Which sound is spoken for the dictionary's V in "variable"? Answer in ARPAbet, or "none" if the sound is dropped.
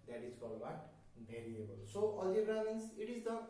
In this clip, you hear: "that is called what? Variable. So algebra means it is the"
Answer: B